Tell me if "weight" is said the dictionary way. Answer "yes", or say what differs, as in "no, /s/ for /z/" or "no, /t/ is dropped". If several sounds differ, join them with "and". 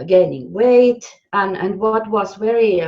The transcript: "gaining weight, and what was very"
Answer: yes